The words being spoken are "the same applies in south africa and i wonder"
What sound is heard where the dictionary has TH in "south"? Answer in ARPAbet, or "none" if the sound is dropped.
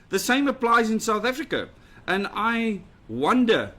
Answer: TH